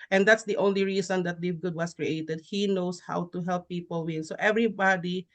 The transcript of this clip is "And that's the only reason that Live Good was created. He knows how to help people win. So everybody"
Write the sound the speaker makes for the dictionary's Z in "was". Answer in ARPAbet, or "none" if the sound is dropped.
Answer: S